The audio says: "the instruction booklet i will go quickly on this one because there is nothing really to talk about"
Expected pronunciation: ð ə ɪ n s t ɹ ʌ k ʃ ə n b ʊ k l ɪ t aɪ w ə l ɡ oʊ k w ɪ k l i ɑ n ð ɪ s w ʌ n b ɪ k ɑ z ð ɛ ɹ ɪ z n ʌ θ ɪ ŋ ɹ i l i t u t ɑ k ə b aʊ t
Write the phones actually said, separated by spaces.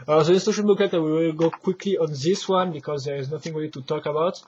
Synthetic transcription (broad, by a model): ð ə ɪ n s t ʌ ʃ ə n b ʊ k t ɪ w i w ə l ɡ oʊ k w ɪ k l i ɑ n ð ɪ s w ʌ n b ɪ k ɑ z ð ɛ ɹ ɪ z n ʌ θ ɪ ŋ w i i t u t ɑ k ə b aʊ t